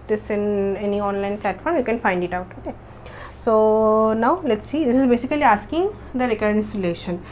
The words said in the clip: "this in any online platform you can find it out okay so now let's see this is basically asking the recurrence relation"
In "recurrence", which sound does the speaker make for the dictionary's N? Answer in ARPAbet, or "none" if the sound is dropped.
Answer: none